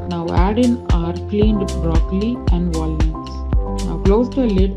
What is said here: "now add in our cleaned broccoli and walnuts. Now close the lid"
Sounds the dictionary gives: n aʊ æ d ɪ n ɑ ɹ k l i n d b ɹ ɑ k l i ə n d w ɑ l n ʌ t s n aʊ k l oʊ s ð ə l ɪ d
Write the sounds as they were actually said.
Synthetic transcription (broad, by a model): n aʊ æ d ɪ n ɑ ɹ k l i n d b ɹ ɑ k l i ə n d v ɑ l ʌ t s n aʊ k l oʊ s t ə l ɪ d